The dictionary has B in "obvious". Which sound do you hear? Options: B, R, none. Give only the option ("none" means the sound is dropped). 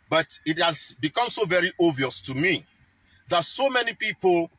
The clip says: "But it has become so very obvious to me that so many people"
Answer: none